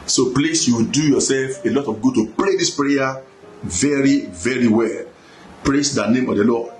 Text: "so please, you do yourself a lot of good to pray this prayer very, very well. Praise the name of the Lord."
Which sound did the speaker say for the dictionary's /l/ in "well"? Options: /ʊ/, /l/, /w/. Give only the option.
/l/